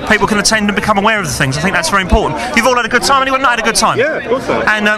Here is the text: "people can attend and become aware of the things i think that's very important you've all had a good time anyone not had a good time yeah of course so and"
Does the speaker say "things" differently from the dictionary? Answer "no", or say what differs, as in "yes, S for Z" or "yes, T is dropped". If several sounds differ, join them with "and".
no